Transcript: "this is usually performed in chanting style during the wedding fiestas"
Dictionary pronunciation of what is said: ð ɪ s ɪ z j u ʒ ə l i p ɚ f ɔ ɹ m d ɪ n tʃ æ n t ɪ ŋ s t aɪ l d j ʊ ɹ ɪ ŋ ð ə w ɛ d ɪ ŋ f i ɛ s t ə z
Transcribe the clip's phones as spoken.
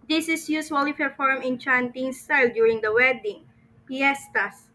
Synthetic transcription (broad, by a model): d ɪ s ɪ s j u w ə l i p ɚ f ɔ ɹ m ɪ n tʃ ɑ n t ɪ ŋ s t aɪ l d j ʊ ɹ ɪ ŋ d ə w ɛ d ɪ ŋ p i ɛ s t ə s